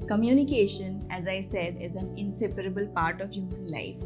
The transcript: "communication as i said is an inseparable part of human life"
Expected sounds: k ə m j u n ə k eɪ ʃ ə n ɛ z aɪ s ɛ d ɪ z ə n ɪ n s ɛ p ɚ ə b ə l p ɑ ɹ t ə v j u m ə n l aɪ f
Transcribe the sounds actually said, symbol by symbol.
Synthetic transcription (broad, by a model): k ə m j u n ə k eɪ ʃ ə n ɛ z aɪ s ɛ d ɪ z ə n ɪ n s ɛ p ɚ ə b ə l p ɑ ɹ t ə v j u m ə n l aɪ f